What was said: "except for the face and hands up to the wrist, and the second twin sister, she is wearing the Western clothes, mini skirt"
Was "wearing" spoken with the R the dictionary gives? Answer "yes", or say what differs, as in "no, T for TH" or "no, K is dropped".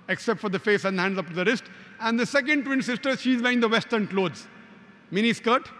no, R is dropped